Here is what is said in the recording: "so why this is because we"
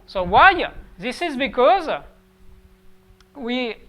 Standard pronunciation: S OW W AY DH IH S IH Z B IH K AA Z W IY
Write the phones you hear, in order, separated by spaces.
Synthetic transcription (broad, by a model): S OW W AY DH IH S IH Z B IH K AA Z W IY